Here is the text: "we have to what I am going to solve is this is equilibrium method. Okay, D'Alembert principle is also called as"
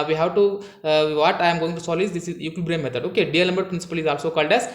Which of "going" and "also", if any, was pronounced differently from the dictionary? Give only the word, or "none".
none